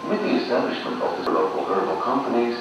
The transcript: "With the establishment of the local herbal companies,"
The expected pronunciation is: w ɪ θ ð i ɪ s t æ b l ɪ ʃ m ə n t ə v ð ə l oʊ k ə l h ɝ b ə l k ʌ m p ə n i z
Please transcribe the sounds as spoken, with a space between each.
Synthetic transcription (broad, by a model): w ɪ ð i ɪ s t æ b l ɪ ʃ m ə n t ə v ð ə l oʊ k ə l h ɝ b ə l k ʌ m p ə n i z